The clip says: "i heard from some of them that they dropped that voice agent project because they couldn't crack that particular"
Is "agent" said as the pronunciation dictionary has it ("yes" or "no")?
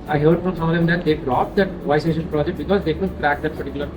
no